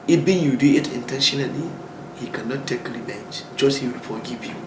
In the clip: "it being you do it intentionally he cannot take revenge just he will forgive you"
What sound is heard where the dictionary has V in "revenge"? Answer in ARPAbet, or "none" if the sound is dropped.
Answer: B